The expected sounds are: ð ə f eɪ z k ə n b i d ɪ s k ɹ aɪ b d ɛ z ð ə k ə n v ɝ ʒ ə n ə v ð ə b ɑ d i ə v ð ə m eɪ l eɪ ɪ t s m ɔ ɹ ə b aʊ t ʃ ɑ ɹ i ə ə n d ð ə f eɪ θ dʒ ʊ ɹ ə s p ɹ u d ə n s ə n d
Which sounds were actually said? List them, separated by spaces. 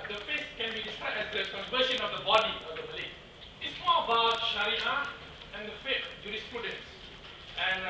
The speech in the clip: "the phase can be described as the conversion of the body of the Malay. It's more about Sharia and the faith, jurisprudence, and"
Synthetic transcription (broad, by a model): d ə f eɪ s k ə n b i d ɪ s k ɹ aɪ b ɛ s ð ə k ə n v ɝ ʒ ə n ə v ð ə b ɑ d i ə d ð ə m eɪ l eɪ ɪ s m ɔ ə b aʊ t ʃ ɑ ɹ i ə ə n d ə f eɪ t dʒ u ɹ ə s p ɹ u d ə n s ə n